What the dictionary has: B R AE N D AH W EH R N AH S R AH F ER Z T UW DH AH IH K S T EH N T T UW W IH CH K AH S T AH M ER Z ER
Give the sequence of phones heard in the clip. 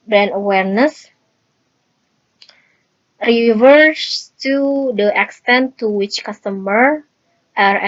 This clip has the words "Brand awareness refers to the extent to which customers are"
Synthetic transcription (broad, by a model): B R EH N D AH W EH R N AH S R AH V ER S T UW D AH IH K S T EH N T T UW W IH CH K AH S T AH M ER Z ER